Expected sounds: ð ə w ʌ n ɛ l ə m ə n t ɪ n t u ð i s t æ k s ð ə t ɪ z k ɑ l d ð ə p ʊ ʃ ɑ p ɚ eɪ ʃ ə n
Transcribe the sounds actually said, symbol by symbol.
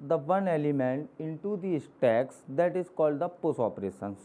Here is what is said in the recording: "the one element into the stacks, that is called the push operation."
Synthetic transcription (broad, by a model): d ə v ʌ n ɛ l ə m ə n t ɪ n t u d i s t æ k s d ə t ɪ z k ɑ l d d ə p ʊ s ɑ p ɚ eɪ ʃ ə n